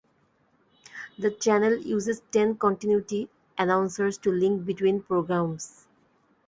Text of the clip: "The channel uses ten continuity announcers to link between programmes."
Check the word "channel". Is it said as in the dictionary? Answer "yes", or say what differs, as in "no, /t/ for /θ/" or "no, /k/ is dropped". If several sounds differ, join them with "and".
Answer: yes